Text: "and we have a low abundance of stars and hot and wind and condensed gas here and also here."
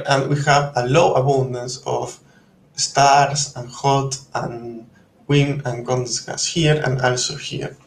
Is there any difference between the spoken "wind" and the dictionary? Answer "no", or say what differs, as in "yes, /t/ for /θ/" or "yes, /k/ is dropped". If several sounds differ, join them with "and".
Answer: yes, /d/ is dropped